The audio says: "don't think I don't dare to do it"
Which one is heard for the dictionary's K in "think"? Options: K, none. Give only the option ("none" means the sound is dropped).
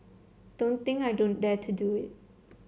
none